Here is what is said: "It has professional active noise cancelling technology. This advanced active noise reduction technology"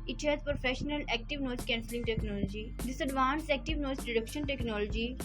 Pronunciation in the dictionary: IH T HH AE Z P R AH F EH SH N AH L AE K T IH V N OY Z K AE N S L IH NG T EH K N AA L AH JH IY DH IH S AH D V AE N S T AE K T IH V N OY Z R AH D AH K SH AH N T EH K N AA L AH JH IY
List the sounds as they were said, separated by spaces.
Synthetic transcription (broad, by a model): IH T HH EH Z P R AH F EH SH N AH L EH K T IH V N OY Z K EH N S L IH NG T EH K N AA L AH JH IY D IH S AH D V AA N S EH K T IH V N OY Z R AH D AH K SH AH N T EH K N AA L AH JH IY